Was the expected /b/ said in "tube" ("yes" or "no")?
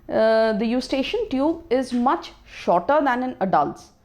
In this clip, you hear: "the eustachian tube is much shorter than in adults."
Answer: yes